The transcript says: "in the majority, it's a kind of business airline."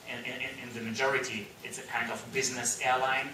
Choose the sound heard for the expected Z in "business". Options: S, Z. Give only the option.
Z